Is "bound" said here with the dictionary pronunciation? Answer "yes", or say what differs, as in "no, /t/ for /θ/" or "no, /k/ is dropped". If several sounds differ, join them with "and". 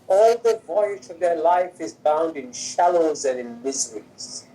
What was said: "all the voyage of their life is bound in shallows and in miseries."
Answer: yes